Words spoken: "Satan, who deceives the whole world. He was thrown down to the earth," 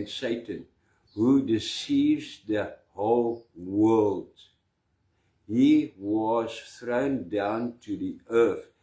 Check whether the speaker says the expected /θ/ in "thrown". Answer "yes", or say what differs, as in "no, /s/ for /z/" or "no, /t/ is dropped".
yes